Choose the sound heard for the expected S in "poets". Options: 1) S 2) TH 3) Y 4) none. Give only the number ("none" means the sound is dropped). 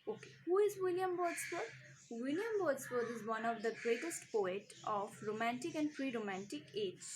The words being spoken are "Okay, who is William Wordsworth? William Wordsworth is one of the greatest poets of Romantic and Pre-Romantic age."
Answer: 4